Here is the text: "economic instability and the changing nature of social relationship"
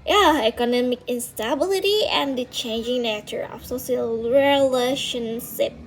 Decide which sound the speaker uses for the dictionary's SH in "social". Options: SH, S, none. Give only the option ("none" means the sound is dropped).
S